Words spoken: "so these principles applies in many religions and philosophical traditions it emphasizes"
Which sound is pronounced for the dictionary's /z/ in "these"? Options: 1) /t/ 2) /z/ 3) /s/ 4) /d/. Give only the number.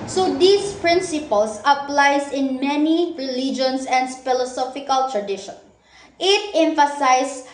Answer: 3